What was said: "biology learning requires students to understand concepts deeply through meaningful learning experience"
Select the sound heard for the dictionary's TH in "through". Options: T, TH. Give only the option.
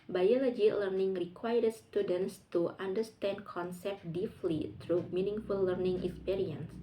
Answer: T